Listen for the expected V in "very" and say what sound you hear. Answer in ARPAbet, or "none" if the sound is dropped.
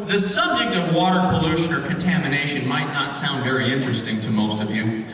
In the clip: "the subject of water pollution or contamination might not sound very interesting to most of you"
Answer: V